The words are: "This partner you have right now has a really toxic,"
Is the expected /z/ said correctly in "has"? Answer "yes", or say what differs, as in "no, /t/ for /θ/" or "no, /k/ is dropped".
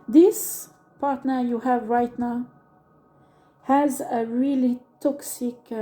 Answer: yes